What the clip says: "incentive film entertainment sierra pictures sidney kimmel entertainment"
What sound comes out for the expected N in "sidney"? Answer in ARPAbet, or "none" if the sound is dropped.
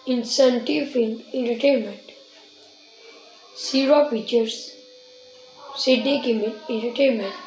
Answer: none